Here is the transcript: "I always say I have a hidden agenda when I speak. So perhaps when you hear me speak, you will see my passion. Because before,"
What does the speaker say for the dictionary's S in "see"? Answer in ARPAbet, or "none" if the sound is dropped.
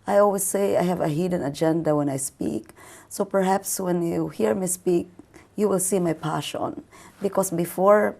S